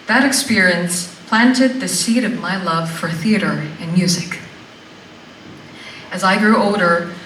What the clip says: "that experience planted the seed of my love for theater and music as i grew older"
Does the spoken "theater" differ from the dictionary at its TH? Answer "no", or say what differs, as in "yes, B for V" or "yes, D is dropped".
no